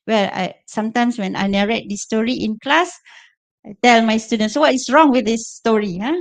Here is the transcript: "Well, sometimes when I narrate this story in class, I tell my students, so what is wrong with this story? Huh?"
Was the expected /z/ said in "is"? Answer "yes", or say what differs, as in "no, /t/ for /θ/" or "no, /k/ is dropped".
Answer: no, /s/ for /z/